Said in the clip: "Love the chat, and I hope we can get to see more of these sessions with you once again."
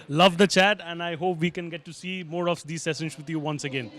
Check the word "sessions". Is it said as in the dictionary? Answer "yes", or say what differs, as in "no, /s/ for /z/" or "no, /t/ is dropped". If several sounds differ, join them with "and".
no, /s/ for /ʃ/